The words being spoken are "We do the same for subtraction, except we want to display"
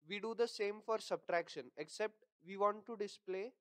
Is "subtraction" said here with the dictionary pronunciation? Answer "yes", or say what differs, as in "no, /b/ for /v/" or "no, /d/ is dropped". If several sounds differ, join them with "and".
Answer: yes